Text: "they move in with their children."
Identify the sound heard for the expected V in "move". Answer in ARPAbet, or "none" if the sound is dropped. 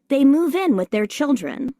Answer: V